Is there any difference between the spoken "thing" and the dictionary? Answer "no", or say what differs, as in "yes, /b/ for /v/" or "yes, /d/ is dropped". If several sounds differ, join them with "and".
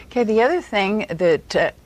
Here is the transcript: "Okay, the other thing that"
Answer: no